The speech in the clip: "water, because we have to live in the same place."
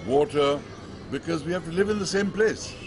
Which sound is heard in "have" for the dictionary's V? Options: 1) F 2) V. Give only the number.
1